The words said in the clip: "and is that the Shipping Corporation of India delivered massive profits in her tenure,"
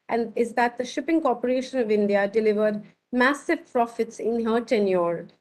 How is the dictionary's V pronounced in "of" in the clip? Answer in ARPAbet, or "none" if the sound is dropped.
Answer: V